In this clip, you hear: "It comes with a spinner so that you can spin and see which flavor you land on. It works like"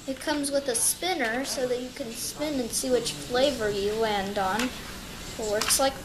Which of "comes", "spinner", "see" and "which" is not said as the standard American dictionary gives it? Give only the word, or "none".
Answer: none